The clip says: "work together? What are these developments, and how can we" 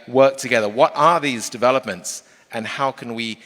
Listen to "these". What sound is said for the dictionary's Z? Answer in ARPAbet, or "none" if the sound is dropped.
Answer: Z